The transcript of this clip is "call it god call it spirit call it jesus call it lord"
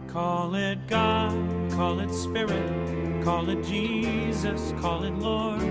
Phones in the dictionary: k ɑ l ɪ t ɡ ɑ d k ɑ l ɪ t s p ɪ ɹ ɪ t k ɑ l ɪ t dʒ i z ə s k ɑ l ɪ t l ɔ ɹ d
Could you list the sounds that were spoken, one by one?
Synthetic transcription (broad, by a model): k ɑ l ɪ t ɡ ɑ d k ɑ l ɪ t s p ɪ ɹ ɪ t k ɑ l ɪ t dʒ i z ə s k ɑ l ɪ t l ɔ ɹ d